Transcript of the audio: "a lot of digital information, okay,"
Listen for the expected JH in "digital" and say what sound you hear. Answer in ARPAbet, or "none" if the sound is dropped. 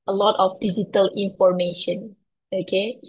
Z